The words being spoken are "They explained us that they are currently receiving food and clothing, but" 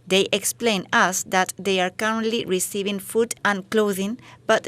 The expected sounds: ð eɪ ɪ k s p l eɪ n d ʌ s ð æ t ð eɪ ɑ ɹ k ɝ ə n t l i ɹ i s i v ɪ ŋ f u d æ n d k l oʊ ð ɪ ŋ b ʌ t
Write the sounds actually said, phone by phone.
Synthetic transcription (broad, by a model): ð eɪ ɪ k s p l eɪ n ʌ s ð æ t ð eɪ ɑ ɹ k ɝ ə n t l i ɹ i s i v ɪ ŋ f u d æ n k l oʊ ð ɪ ŋ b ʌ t